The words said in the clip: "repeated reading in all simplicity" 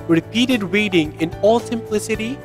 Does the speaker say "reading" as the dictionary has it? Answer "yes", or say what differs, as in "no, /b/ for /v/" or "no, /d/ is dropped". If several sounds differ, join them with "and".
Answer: no, /w/ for /ɹ/